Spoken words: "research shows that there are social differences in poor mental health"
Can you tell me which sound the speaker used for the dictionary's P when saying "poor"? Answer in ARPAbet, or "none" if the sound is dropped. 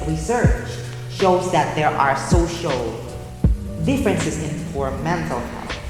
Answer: F